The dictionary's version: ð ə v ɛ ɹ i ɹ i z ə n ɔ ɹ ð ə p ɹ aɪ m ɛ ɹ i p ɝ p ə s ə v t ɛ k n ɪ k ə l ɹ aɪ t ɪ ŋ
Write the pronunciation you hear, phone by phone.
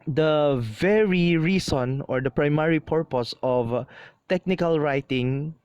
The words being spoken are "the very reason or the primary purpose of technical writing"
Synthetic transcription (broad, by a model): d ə v ɛ ɹ i ɹ i s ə n ɔ ɹ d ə p ɹ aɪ m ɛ ɹ i p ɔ p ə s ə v t ɛ k n ɪ k ə l ɹ aɪ t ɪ ŋ